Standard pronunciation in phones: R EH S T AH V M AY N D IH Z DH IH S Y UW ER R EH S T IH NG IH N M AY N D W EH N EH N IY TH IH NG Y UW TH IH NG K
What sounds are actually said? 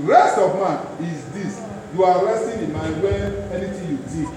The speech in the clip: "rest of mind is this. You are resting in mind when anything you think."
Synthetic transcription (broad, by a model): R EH S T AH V M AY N IH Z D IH S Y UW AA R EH S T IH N IH N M AY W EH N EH N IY T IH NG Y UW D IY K